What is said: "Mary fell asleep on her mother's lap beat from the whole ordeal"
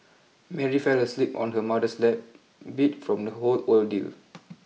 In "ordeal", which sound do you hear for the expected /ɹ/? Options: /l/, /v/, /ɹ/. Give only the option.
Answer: /l/